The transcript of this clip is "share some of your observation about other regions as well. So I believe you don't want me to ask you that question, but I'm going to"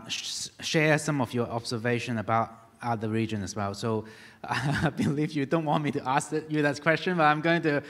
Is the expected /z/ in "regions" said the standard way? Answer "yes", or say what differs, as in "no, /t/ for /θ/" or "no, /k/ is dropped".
no, /z/ is dropped